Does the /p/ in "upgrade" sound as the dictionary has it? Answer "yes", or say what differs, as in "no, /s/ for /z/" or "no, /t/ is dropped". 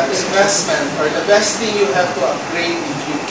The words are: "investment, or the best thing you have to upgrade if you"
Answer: no, /p/ is dropped